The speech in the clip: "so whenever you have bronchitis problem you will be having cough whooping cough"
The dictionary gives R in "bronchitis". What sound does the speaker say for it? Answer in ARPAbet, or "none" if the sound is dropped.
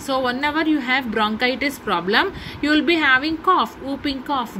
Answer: R